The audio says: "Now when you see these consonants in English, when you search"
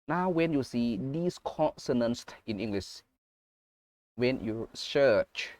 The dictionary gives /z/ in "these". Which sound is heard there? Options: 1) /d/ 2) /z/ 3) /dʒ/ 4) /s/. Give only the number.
4